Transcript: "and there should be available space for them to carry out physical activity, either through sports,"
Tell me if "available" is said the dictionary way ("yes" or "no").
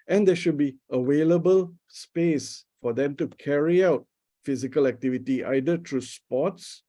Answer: no